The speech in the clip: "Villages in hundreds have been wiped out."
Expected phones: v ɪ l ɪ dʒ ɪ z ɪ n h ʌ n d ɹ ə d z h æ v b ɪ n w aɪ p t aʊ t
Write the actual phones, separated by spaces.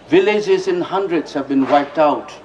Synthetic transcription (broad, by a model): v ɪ l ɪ dʒ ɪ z ɪ n h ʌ n d ɹ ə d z h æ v b ɪ n w aɪ p t aʊ t